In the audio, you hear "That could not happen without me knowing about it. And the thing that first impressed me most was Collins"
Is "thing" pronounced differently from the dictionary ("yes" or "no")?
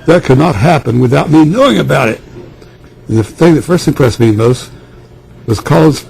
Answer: no